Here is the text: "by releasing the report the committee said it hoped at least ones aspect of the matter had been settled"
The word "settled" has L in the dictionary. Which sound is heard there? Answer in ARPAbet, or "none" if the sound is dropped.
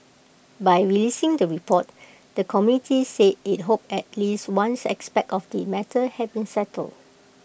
L